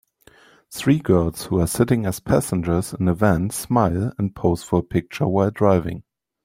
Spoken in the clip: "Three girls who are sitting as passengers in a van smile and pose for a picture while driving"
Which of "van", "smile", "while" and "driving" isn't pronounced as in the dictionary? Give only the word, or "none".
none